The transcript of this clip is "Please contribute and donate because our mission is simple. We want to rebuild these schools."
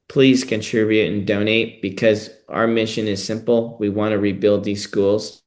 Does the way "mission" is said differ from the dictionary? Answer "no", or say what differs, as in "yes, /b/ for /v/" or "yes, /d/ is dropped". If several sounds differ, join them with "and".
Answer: no